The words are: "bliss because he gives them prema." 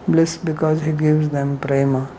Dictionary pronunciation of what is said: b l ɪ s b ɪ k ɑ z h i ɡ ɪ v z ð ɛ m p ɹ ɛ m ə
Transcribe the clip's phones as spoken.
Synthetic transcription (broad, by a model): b l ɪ s b ɪ k ɑ z h i ɡ ɪ v z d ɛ m p ɹ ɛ m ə